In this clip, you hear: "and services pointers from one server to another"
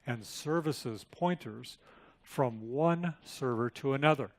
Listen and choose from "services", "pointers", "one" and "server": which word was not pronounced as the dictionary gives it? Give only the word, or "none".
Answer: none